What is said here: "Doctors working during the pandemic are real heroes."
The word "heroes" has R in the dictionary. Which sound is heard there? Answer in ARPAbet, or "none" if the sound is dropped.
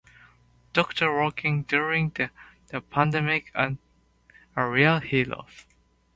L